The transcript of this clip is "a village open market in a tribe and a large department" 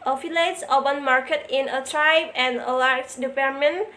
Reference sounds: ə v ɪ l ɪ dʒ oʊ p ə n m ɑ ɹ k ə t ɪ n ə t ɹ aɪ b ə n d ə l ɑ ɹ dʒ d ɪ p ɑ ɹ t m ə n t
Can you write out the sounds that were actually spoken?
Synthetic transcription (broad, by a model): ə f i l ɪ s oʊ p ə n m ɑ ɹ k ə t ɪ n ə t ɹ aɪ b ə n ə l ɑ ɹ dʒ d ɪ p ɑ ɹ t m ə n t